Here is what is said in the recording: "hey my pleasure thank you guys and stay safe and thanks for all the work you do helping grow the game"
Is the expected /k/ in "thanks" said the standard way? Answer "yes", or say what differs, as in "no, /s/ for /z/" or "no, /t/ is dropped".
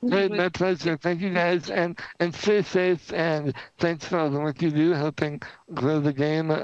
yes